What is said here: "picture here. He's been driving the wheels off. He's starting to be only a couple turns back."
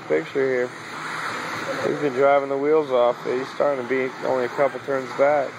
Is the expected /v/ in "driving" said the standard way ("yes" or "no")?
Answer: yes